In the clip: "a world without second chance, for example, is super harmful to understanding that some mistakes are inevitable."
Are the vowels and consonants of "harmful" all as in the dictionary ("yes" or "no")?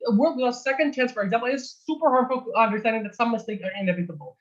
no